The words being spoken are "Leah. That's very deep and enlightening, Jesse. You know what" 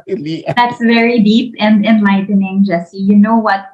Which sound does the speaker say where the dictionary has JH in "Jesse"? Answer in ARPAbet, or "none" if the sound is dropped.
JH